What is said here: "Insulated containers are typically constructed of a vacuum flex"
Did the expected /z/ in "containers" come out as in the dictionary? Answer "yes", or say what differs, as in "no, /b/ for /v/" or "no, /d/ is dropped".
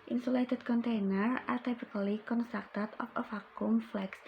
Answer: no, /z/ is dropped